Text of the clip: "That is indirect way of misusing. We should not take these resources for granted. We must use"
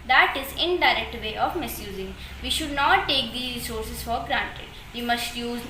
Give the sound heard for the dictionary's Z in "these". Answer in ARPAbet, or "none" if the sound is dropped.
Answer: none